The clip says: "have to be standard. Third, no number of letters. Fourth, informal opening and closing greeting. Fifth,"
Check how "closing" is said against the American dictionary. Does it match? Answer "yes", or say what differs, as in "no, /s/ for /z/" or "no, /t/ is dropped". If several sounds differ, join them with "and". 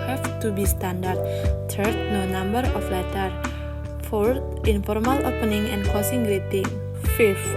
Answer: no, /l/ is dropped and /s/ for /z/